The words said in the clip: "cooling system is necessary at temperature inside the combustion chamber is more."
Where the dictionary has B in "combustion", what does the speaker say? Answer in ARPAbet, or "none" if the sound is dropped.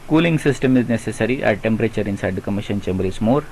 none